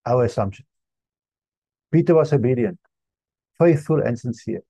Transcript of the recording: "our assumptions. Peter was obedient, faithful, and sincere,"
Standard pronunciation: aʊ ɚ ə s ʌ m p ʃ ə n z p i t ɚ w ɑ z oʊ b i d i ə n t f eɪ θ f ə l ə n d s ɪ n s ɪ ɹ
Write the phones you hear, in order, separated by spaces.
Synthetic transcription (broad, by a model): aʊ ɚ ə s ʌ m p ʃ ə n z p i t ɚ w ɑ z oʊ b i d i ə n t f eɪ θ f ə l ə n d s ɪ n s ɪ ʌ